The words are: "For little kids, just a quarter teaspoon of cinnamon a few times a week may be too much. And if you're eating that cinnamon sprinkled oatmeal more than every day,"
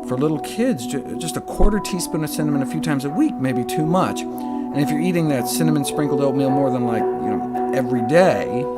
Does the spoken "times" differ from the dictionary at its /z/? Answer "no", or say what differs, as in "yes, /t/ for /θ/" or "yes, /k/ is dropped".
no